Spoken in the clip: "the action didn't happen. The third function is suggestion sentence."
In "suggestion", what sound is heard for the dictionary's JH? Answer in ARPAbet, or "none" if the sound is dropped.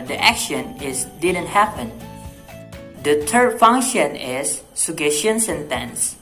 none